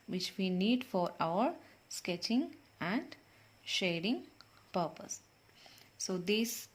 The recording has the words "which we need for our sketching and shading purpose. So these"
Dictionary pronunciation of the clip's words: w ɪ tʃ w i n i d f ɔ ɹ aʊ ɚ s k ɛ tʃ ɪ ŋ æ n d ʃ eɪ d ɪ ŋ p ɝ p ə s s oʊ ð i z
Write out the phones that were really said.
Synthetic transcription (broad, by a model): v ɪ tʃ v i n i d f ɔ ɹ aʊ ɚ s k ɛ tʃ ɪ ŋ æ n d ʃ eɪ d ɪ ŋ p ɝ p ə s s oʊ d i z